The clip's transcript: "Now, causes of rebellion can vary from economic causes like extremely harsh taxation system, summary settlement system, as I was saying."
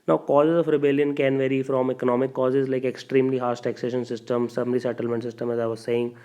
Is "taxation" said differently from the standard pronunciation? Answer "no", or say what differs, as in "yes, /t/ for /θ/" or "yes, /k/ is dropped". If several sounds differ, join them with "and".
no